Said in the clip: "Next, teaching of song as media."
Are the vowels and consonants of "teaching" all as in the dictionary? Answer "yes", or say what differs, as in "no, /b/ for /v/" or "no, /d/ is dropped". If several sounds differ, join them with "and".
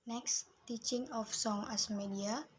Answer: yes